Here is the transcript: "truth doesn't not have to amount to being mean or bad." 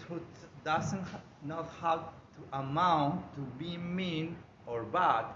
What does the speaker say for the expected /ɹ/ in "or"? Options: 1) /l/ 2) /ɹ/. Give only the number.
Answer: 2